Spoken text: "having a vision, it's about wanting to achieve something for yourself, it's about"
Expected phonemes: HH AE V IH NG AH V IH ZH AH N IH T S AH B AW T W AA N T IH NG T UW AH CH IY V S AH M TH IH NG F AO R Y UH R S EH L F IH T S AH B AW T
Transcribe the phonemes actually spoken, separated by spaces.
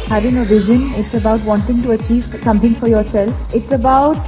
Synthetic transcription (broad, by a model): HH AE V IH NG AH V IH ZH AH N IH T S AH B AW T W AA N T IH NG T UW AH CH IY V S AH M T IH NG F AO R Y UH R S EH L F IH T S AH B AW T